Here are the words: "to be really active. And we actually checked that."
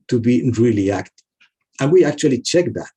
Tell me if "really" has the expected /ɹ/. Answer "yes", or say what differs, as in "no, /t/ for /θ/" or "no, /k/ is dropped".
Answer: yes